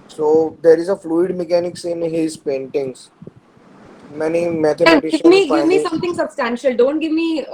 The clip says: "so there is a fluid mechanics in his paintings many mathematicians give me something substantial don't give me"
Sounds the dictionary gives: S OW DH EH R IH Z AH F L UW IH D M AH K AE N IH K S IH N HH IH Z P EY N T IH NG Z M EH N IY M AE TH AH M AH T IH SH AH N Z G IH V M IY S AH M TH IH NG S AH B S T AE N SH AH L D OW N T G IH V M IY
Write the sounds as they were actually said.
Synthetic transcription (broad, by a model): S OW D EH R IH Z AH F L UW IH D M AH K AE N IH K S IH N HH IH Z P EY N T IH NG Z M EH N IY M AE T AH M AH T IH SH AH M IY G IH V M IY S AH M T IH NG S AH B S T AE N SH AH L D OW N T G IH V M IY